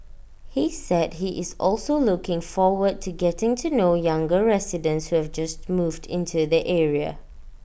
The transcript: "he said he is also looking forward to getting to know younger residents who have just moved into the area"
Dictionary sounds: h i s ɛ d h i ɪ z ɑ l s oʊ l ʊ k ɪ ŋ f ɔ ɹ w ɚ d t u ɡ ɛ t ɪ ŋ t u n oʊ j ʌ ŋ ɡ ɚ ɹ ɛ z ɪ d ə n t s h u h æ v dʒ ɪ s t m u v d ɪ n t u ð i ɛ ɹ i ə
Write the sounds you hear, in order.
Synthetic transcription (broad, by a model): h i s ɛ d h i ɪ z ɑ l s oʊ l ʊ k ɪ ŋ f ɔ w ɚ d t u ɡ ɛ t ɪ ŋ t u n oʊ j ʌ ŋ ɡ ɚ ɹ ɛ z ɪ d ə n t s h u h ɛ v dʒ ɪ s t m u v d ɪ n t u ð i ɛ ɹ i ə